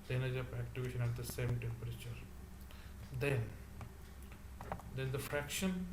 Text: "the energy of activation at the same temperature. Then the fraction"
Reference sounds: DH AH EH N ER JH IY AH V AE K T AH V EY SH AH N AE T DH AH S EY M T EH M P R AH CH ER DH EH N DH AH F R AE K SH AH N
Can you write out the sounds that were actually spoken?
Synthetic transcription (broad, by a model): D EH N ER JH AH P AE K T AH V EY SH AH N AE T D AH S EY M T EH M P R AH CH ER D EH N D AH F R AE K SH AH N